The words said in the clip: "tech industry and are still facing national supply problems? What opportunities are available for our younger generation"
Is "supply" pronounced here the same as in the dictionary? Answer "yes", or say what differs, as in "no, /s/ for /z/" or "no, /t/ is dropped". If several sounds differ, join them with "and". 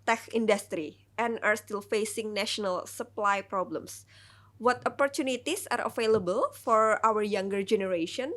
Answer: yes